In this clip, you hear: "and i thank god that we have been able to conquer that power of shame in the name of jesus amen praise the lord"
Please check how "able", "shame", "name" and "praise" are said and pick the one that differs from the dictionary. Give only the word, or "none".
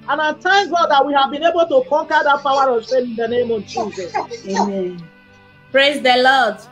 shame